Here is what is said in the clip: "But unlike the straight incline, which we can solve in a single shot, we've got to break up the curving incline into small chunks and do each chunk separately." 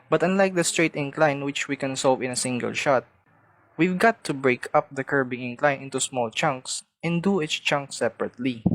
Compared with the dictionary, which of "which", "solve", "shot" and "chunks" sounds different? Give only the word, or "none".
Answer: none